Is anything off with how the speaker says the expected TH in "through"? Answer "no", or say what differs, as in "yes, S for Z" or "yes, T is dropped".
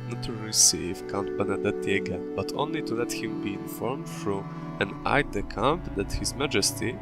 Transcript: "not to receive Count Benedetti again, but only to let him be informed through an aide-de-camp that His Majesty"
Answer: yes, F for TH